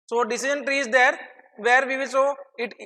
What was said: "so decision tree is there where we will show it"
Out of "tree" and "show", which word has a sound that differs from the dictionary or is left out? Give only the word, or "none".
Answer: show